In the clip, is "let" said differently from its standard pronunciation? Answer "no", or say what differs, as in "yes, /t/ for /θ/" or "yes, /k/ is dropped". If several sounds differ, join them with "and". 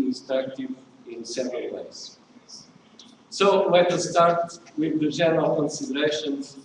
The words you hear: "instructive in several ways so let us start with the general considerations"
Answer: yes, /w/ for /l/